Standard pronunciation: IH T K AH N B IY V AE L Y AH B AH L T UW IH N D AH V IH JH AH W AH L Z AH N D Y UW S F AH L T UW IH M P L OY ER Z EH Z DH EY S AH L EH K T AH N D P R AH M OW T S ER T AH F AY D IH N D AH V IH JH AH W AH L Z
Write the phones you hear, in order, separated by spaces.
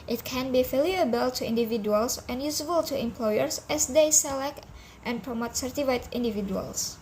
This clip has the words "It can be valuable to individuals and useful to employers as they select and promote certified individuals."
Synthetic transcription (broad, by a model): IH T K AH N B IY F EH L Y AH B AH L T UW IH N D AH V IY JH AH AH L S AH N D Y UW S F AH L T UW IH M P L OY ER S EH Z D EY S AH L EH K T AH N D P R AH M OW T S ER T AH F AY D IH N D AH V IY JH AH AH L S